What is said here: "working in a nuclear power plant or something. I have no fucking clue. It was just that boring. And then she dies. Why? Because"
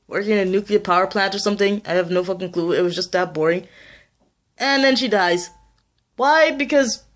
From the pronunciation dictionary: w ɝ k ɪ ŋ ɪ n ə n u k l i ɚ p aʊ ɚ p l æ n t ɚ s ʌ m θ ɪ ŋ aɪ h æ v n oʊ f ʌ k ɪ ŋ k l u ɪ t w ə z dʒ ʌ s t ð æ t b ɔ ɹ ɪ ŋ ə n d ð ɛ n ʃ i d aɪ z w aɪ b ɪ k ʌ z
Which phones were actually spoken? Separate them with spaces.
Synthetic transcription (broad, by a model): w ɝ k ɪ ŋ ɪ n ə n u k l i ɚ p aʊ ɚ p l æ n t ɚ s ʌ m θ ɪ ŋ aɪ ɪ v n oʊ f ʌ k ɪ ŋ k l u ɪ t w ə z dʒ ʌ s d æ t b ɔ ɹ ɪ ŋ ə n ð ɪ n ʃ i d aɪ z w aɪ b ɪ k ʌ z